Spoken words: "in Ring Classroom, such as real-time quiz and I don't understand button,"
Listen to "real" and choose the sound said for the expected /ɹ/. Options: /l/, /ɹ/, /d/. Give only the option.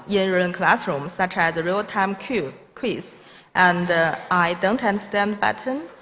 /ɹ/